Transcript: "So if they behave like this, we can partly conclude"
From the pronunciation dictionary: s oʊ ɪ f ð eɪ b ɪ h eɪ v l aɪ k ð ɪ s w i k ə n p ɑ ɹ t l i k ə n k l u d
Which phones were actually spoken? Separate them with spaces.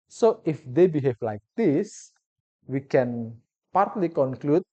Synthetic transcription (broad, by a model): s oʊ ɪ f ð eɪ b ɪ h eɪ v l aɪ k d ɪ s w i k ə n p ɑ ɹ t l i k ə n k l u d